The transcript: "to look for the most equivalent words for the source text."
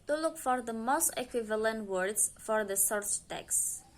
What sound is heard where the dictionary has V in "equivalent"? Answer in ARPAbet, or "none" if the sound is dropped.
V